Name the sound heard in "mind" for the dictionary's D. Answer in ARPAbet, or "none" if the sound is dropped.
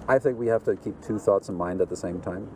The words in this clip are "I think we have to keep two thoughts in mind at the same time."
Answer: D